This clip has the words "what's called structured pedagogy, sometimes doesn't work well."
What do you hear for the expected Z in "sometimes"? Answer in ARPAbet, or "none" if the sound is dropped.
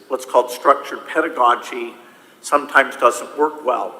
Z